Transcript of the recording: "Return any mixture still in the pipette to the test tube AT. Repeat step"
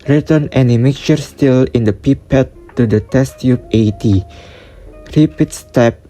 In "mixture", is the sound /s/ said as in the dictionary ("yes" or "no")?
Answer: no